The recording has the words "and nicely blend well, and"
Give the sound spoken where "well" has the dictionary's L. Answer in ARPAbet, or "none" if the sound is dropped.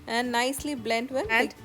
N